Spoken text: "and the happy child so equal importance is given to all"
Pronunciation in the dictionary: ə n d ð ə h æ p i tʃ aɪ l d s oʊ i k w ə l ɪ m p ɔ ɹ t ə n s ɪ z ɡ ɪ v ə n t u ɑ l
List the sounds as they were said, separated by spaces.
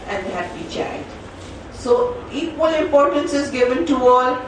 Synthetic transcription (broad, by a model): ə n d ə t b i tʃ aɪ d s oʊ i k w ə l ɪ m p ɔ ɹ t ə n s ɪ z ɡ ɪ v ə n t u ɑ l